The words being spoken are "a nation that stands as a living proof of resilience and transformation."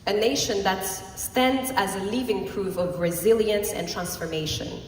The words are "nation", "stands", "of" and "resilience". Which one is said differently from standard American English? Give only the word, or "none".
none